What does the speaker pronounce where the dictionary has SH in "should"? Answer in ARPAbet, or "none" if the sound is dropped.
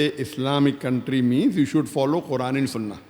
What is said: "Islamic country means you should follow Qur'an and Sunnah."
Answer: SH